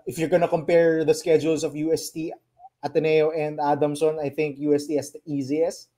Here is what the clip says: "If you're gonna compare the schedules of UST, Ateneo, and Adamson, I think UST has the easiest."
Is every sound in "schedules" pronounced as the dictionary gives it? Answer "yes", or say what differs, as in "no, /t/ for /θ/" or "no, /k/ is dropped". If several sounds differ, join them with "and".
no, /s/ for /z/